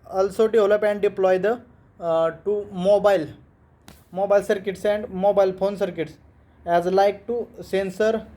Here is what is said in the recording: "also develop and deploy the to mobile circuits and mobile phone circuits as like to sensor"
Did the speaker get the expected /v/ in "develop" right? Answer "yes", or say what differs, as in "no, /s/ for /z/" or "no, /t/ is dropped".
no, /v/ is dropped